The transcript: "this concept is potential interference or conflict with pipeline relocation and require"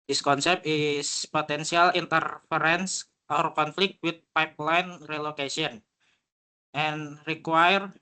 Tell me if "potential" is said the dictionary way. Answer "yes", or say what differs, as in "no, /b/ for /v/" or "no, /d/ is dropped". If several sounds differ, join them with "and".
no, /s/ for /ʃ/